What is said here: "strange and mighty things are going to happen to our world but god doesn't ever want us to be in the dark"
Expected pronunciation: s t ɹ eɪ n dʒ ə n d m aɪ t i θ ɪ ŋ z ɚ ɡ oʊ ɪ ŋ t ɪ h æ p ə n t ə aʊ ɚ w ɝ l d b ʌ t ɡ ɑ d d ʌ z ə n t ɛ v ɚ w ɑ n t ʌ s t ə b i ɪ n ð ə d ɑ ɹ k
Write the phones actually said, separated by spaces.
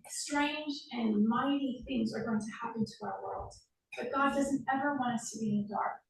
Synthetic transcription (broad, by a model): s t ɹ eɪ n dʒ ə n m aɪ t i θ ɪ ŋ z ɚ ɡ oʊ ɪ ŋ t ɪ h æ p ə n t ə aʊ ɚ w ɝ l d b ʌ t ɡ ɑ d d ʌ z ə n t ɛ v ɚ w ɑ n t ʌ s t ə b i ɪ n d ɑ ɹ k